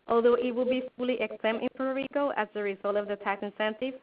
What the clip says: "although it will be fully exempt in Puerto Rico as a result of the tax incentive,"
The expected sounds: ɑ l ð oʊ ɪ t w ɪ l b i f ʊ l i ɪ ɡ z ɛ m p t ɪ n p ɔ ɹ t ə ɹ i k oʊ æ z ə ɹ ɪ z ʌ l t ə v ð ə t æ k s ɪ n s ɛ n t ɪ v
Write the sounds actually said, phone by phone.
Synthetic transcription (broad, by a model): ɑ l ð oʊ ɪ t w ɪ l b i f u l i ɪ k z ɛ m t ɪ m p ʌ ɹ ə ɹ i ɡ oʊ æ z ə ɹ ɪ z ʌ l t ə v ð ə t æ k s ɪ n s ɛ n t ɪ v